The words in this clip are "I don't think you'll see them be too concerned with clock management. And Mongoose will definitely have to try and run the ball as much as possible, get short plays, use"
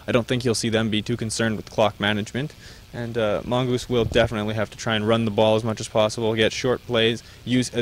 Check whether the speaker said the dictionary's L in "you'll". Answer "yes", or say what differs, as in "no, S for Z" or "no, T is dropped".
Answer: yes